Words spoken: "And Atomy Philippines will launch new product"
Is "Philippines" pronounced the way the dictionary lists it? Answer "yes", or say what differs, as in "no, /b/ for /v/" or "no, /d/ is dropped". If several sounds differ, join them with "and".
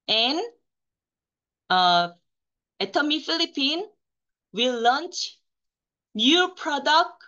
no, /z/ is dropped